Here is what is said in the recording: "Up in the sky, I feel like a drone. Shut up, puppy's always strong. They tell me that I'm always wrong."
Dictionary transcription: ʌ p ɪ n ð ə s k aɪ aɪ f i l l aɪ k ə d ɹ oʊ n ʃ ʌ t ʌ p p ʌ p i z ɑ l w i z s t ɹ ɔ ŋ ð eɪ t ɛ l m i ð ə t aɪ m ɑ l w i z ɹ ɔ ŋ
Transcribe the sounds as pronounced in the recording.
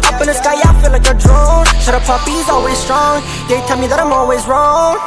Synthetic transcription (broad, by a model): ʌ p ɪ n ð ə s k aɪ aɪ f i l l aɪ k ə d ɹ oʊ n s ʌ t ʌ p p ʌ p i z ɑ l w i z s t ɹ ɔ ŋ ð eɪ t ɛ l m i ð ə t aɪ m ɑ l w i z ɹ ɔ ŋ